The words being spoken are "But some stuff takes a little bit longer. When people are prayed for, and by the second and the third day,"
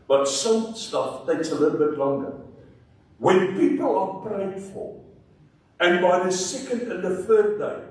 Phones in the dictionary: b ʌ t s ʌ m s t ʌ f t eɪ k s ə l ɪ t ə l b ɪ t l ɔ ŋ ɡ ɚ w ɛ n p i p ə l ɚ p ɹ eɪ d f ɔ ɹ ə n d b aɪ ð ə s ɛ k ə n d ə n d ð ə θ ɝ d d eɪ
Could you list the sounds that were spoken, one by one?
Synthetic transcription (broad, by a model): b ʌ t s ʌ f s t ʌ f t eɪ k s ə l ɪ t l b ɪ t l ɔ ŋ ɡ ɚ w ɛ n p i p ə l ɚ p ɹ eɪ d f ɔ l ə n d b aɪ ð ə s ɛ k ə n d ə n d ð ə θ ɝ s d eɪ